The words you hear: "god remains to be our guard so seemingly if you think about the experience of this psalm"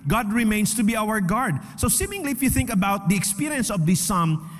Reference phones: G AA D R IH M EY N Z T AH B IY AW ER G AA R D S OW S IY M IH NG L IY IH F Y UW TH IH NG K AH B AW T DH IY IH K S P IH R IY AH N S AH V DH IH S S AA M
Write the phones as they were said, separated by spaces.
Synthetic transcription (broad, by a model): G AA D R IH M EY N S T AH B IY AW ER G AA R D S OW S IY M IH NG L IY IH F Y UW TH IH NG K AH B AW T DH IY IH K S P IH R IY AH N S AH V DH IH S S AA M